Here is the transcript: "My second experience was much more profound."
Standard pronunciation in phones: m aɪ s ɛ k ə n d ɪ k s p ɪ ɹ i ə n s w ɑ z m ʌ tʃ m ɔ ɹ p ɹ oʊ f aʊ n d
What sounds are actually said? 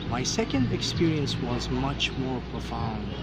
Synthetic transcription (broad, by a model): m aɪ s ɛ k ə n d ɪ k s p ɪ ɹ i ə n s w ɑ z m ʌ tʃ m ɔ ɹ p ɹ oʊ f aʊ n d